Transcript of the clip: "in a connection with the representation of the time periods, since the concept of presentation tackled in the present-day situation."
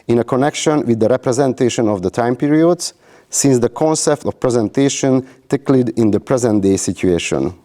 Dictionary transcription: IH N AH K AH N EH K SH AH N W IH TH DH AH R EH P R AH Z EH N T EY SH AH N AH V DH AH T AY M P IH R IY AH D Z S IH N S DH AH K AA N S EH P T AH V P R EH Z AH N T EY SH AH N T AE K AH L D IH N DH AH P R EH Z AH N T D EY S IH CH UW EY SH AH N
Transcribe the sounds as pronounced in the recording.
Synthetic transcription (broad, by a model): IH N AH K AH N EH K SH AH N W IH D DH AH R EH P R AH Z EH N T EY SH AH N AH V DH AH T AY M P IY R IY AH D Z S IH N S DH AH K AA N S EH P T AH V P R EH Z AH N T EY SH AH N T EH K L D IH N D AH P R EH Z AH N T D EY S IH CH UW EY SH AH N